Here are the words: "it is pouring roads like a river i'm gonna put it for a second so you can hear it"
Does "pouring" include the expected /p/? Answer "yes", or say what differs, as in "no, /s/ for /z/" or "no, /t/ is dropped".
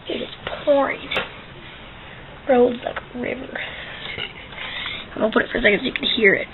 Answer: yes